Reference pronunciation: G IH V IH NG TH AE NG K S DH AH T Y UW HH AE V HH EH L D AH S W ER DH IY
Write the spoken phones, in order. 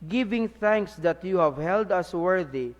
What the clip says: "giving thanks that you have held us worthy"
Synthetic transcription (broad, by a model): G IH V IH NG TH AE NG K S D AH T Y UW HH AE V HH EH L D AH S W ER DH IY